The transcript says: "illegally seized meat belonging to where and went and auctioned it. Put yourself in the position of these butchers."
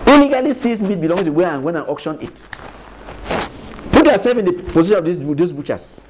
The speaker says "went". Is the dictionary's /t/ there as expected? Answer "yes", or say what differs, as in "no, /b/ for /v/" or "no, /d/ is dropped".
no, /t/ is dropped